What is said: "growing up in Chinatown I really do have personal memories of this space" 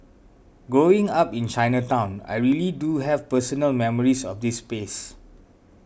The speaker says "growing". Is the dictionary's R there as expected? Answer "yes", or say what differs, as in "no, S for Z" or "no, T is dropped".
no, R is dropped